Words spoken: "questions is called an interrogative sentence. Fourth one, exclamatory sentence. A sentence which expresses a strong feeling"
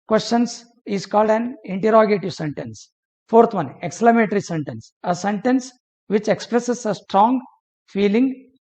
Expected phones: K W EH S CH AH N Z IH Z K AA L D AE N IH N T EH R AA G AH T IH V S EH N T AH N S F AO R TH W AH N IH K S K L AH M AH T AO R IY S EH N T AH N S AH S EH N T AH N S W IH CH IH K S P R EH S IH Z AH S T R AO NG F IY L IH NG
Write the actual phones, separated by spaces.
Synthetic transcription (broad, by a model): K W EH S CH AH N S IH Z K AA L D AE N IH N T EH R AA G AH T IH V S EH N T AH N S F AO R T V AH N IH K S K L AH M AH T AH R IY S EH N T AH N S AH S EH N T AH N S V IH CH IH K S P R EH S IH S AH S T R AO NG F IY L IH NG